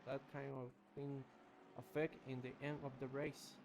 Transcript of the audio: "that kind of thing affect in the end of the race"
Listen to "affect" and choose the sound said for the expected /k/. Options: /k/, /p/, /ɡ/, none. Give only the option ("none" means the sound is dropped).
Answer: /k/